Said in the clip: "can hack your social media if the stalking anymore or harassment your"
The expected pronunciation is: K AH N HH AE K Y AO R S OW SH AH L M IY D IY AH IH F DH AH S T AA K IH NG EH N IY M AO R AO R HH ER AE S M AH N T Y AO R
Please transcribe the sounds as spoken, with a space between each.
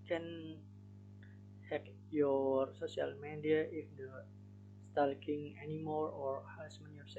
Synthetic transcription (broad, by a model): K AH N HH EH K Y AO R S OW S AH L M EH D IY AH IH F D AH S T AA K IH NG EH N IY M AO R AO R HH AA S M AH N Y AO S